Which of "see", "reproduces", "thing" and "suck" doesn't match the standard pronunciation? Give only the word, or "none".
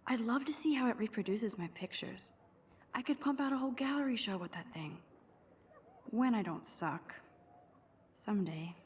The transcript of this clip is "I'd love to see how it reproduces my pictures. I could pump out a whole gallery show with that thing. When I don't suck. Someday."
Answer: none